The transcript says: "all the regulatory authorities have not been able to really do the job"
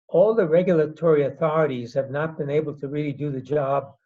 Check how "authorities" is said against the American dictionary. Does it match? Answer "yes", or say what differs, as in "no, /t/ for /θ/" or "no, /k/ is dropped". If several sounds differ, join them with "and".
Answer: yes